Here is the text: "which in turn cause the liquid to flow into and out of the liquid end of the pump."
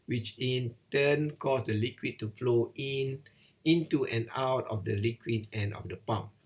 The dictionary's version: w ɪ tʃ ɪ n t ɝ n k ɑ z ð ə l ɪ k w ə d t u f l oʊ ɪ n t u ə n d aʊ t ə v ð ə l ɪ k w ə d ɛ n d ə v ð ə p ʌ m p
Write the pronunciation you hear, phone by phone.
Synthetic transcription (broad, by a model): w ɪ tʃ ɪ n t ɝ n k ɑ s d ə l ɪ k w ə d t u f l oʊ ɪ n t u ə n aʊ t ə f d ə l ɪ k w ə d ɛ n ə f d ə p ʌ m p